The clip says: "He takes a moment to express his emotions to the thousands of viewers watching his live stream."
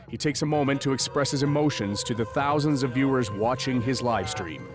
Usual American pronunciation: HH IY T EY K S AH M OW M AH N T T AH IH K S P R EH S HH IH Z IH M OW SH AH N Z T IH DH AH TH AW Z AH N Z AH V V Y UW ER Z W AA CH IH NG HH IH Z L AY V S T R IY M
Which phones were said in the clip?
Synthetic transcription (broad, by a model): HH IY T EY K S AH M OW M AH N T T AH IH K S P R EH S HH IH Z IH M OW SH AH N Z T IH DH AH TH AW Z AH N Z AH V V Y UW ER Z W AA CH IH NG IH Z L AY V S T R IY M